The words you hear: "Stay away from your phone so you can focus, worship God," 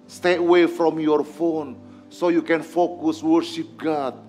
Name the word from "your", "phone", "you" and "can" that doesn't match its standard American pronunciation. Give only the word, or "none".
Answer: none